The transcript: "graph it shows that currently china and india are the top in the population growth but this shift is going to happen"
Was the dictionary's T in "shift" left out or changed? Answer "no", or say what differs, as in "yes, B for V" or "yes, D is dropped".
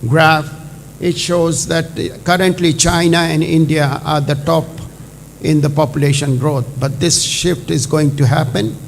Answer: no